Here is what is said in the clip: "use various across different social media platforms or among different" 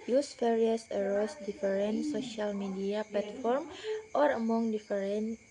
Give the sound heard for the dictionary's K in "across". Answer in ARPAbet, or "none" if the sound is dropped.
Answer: none